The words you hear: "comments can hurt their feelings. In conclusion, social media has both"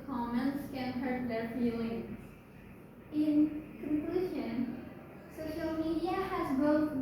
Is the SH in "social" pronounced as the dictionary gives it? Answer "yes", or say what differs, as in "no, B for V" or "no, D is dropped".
yes